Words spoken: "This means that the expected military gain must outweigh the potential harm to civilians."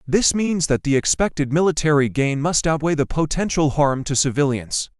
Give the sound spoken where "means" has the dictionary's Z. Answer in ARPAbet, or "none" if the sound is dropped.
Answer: Z